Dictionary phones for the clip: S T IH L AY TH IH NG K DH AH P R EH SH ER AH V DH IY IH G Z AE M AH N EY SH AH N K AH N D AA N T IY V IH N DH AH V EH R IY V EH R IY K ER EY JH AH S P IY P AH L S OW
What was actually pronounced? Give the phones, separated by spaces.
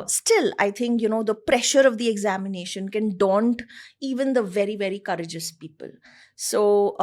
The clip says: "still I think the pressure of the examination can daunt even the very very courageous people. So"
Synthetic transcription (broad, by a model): S T IH L AY T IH NG K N AH P R EH SH ER AH V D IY IH G Z AE M AH N EY SH AH N K AH N D AA N T IY V IH N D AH V EH R IY V EH R IY K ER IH JH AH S P IY P AH L S OW